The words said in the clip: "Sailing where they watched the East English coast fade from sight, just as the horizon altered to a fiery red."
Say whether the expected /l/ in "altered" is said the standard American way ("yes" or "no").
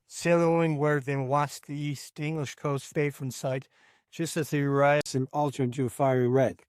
yes